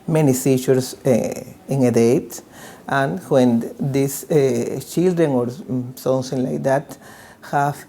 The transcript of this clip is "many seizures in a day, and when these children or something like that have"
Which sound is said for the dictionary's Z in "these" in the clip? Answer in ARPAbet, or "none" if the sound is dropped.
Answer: S